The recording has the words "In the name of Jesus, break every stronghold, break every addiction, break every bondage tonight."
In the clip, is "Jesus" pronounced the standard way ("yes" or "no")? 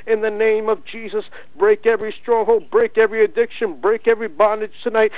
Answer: yes